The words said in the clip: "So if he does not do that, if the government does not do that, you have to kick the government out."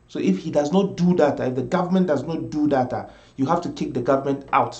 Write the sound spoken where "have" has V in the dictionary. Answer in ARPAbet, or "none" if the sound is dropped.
F